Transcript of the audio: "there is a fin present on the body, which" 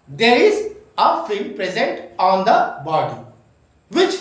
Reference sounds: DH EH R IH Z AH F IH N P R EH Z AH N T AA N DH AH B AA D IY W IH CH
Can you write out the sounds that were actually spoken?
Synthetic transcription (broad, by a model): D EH R IH Z AH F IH L P R EH Z AH N T AA N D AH B AA D IY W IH CH